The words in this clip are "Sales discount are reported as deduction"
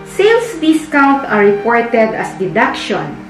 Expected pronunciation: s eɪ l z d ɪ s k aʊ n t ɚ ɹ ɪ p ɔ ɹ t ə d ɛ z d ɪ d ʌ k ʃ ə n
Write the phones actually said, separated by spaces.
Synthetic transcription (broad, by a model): s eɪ l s d ɪ s k aʊ n t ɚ ɹ ɪ p ɔ ɹ t ə d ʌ s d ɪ d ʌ k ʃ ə n